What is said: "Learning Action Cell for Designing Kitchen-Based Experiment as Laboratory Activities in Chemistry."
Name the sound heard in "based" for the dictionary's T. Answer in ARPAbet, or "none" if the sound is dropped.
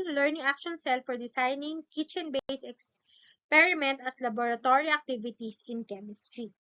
none